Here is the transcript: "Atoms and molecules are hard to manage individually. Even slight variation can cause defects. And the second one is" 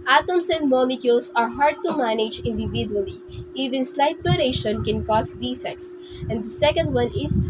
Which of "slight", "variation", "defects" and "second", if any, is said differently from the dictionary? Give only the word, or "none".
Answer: variation